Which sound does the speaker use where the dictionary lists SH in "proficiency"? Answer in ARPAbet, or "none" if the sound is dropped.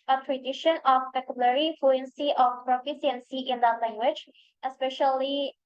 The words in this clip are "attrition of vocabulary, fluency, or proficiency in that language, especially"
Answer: S